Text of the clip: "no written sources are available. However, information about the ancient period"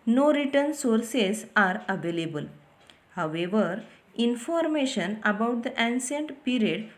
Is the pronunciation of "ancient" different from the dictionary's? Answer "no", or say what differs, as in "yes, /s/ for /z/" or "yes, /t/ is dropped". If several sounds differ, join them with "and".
yes, /s/ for /ʃ/